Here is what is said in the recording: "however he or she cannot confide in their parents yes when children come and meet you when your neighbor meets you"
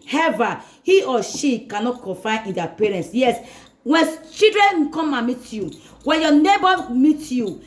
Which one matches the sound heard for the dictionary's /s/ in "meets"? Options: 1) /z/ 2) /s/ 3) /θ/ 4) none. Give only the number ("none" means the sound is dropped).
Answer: 4